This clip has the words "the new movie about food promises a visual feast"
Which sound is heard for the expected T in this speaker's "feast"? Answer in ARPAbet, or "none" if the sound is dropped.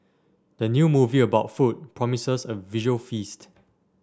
T